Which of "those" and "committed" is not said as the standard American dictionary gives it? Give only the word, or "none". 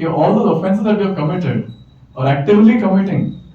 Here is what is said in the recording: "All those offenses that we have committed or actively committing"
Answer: those